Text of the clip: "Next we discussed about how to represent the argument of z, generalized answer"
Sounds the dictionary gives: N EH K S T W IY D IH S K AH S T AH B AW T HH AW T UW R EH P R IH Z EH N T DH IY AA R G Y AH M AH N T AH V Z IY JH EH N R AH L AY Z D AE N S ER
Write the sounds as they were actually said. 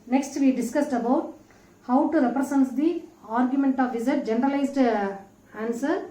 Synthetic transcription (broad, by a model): N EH K S T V IY D IH S K AH S T AH B AW T HH AW T UW R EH P R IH S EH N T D IY AA R G Y AH M AH N T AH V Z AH JH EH N R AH L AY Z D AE N S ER